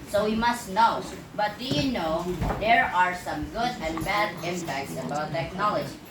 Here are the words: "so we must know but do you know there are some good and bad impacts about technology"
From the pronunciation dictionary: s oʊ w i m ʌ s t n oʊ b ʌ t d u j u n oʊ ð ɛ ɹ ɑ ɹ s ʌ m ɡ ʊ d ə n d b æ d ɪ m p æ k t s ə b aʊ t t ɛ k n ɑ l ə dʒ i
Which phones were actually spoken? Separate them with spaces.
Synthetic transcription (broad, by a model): s oʊ w i m ʌ s t n oʊ b ʌ t d u j u n oʊ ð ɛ ɹ ɑ ɹ s ʌ m ɡ ʊ d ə n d b æ d ɪ m p æ k t s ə b aʊ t t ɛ k n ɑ l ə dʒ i